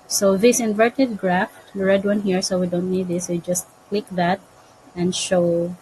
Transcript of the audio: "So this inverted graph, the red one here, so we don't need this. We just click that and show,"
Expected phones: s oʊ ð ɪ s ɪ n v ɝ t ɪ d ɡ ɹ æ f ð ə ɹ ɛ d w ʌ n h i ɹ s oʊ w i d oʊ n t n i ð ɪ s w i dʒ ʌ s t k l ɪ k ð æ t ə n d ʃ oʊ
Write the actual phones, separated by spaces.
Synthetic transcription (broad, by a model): s oʊ ð ɪ s ɪ n v ɝ t ɪ d ɡ ɹ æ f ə ɹ ɛ d w ʌ n h i ɹ s oʊ w i d oʊ n t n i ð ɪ s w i dʒ ʌ s t k l ɪ k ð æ t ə n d ʃ oʊ